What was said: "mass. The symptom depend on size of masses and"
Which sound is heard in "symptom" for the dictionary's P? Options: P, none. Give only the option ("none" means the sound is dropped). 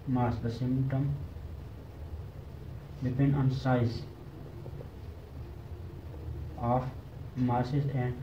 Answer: none